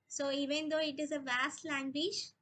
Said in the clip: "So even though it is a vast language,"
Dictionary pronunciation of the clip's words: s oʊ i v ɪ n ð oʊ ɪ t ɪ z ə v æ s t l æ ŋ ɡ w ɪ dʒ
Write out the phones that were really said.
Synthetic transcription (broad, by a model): s oʊ i v ɪ n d oʊ ɪ t ɪ z ə v æ s t l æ ŋ ɡ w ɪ dʒ